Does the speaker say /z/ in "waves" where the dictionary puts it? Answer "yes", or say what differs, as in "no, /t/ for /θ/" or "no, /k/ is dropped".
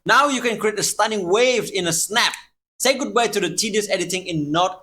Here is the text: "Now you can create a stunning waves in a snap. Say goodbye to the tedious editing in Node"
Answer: no, /z/ is dropped